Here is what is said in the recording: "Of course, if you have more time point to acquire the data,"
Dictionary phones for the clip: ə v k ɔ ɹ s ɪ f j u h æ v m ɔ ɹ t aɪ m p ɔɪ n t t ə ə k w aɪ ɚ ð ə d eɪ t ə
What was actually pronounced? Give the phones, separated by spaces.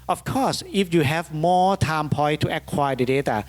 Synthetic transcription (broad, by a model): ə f k ɔ s ɪ f j u h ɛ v m ɔ t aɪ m p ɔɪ t t ə k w aɪ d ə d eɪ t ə